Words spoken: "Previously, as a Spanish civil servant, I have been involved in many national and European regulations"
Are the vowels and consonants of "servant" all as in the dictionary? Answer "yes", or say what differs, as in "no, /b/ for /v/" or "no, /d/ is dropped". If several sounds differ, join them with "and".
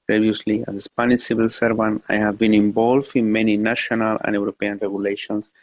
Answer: no, /t/ is dropped